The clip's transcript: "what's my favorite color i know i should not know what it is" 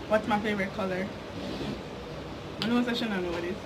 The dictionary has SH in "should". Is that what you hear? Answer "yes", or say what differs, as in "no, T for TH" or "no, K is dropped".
no, S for SH